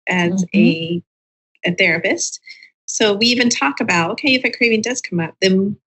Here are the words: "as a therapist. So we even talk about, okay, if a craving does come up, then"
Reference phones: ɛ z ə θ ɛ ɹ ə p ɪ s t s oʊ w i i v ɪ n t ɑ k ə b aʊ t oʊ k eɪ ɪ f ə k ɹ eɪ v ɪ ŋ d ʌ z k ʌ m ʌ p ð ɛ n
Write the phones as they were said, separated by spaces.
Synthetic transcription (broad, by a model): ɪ z ə θ ɛ ɹ ə p ɪ s t s oʊ w i i v ɪ n t ɑ k ə b aʊ t oʊ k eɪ ɪ f ə k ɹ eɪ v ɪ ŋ d ʌ z k ʌ m ʌ p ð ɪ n